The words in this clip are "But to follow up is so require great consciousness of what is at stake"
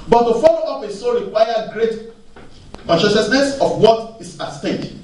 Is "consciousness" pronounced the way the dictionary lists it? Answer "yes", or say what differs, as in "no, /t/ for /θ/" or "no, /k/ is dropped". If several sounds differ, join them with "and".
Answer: no, /s/ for /ʃ/